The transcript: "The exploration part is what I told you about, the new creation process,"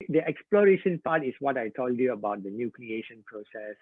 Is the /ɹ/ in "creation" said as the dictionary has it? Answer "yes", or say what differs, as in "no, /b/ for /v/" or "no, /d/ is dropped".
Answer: no, /l/ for /ɹ/